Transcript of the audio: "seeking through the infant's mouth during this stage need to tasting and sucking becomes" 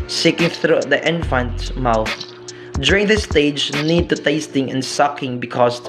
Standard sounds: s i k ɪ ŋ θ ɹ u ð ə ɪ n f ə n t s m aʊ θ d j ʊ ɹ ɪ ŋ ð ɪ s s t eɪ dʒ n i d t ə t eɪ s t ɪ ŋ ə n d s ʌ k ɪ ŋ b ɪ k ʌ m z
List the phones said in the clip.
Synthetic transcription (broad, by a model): s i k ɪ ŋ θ ɹ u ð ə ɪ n f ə n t m aʊ θ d j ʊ ɹ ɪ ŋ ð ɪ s s t eɪ dʒ n i d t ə t eɪ s t ɪ ŋ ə n s ʌ k ɪ ŋ b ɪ k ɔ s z